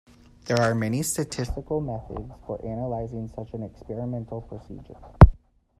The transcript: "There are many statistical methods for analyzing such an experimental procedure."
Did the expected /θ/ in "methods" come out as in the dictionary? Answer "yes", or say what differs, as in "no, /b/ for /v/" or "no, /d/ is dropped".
yes